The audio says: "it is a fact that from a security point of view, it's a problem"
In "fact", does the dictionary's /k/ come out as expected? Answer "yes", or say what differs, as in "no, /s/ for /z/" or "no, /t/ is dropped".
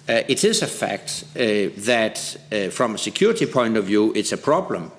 yes